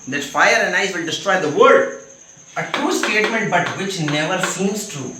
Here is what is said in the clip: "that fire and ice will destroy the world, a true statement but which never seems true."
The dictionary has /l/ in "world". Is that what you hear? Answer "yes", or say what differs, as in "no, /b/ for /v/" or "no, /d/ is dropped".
no, /l/ is dropped